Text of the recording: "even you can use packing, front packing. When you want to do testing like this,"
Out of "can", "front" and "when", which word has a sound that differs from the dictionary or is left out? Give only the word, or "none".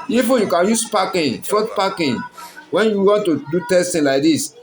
front